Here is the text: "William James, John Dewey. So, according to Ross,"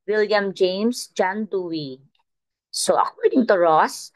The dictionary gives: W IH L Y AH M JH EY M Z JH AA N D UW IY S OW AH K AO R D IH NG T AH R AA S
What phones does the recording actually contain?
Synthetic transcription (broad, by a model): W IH L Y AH M JH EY M S JH AA N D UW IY S OW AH EH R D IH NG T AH R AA S